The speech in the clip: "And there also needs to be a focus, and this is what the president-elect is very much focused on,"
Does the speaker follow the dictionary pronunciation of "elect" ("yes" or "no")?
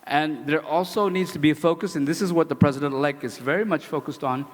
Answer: no